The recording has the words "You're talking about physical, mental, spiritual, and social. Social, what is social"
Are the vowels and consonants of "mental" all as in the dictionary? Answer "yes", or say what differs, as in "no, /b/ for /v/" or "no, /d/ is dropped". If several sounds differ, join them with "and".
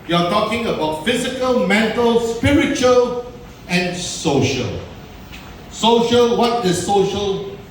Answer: yes